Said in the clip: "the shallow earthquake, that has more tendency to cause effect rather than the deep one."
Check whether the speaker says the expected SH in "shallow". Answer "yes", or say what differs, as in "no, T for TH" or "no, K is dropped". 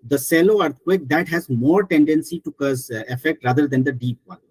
no, S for SH